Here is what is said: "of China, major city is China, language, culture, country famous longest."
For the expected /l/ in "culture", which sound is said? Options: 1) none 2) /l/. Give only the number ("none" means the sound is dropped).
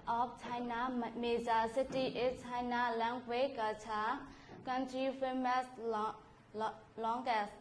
1